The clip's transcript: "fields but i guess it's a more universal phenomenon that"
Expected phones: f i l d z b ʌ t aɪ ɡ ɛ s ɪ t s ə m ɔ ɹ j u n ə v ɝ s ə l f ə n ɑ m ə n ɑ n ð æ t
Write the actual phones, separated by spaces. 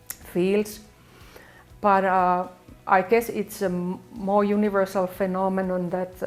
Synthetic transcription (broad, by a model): f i l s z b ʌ t aɪ ɡ ɛ s ɪ t s ə m ɔ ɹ j u n ə v ɝ s ə l f ə n ɑ m ə n ɑ n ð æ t